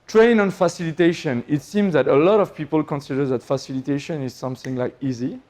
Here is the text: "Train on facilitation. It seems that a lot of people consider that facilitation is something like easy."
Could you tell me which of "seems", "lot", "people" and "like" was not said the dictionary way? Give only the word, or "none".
none